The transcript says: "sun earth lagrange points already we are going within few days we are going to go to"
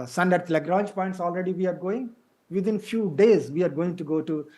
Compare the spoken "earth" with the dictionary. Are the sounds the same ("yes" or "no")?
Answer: no